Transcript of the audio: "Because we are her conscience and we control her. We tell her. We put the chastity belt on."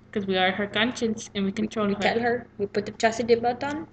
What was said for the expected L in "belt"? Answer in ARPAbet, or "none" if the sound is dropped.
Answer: none